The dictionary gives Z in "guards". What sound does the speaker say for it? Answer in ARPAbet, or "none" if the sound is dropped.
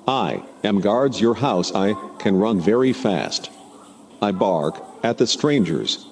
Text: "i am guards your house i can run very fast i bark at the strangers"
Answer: Z